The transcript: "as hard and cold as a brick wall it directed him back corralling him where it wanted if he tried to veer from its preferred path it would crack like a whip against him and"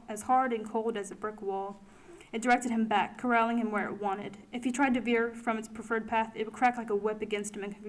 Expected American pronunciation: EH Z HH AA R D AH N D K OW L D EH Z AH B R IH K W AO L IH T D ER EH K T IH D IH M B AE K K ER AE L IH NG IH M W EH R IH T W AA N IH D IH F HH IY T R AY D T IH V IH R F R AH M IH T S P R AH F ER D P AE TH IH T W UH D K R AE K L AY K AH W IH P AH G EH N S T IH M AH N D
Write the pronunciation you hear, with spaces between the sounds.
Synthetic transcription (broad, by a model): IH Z HH AA R D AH N K OW L D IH Z AH B R IH K W AO L IH T D ER EH K T IH D IH M B AE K K ER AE L IH NG IH M W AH R IH T W AA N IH D IH F HH IY T R AY D T IH V IH R F R AH M IH T S P R AH F ER D P AE TH IH T W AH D K R AE K L AY K AH W IH P AH G EH N S T IH M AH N